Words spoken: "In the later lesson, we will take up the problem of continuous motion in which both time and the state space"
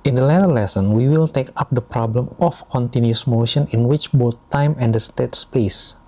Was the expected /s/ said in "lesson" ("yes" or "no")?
yes